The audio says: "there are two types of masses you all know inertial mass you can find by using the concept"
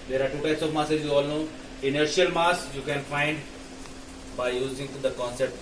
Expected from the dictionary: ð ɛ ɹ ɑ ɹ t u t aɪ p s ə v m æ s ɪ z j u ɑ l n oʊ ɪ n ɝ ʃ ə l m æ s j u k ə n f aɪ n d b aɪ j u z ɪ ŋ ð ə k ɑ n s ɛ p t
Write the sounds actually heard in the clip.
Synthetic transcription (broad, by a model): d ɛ ɹ ɑ ɹ t u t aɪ s ə v m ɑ s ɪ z j u ɑ l n oʊ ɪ n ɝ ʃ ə l m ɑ s j u k ə n f aɪ n d b aɪ j u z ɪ ŋ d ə k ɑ n s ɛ p t